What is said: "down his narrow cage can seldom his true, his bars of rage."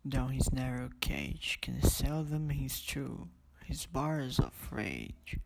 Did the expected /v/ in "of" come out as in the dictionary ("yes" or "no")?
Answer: no